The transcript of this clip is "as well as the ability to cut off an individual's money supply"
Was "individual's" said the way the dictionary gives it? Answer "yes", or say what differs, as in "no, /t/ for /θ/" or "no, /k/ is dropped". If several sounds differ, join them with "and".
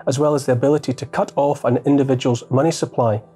yes